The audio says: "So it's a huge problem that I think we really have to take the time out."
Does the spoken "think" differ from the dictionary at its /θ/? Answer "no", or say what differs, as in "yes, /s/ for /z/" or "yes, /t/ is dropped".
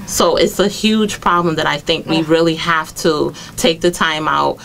no